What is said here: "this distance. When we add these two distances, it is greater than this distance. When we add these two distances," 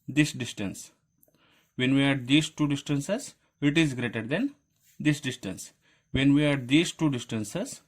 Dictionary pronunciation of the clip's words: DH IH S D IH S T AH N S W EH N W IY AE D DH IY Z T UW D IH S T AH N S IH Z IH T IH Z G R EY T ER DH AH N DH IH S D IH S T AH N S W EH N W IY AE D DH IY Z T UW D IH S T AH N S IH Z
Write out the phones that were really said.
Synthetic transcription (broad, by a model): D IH S D IH S T AH N S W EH N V IY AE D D IY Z T UW D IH S T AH N S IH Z IH T IH Z G R EY T ER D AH N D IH S D IH S T AH N S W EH N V IY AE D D IY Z T UW D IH S T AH N S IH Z